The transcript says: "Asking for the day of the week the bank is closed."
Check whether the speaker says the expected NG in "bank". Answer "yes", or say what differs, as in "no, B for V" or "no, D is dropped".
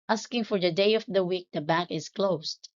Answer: no, NG is dropped